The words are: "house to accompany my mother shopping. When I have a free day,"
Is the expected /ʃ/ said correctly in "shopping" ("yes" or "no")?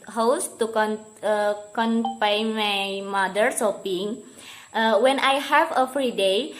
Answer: no